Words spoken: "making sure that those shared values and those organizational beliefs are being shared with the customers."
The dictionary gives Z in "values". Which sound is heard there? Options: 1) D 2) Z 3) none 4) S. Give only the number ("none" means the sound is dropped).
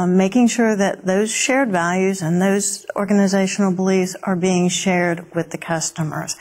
2